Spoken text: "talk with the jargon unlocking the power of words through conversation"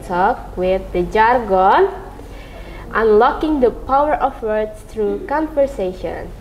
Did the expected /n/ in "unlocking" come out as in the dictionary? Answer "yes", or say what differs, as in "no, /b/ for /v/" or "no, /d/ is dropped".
yes